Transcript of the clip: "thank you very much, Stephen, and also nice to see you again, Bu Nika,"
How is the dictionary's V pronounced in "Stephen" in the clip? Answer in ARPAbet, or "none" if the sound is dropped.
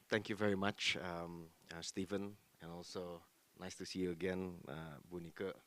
V